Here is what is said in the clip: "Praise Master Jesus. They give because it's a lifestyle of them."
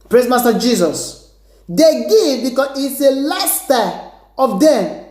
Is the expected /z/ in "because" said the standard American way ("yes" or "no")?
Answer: no